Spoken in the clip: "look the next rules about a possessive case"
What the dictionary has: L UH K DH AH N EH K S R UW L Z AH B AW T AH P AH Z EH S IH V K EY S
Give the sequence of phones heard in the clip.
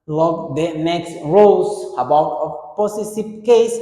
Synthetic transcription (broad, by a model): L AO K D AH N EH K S R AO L S AH B AW T AH P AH S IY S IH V K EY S